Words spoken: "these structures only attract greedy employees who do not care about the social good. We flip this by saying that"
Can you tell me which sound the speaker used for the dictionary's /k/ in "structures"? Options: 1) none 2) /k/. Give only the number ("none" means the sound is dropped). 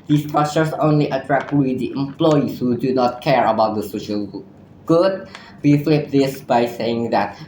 1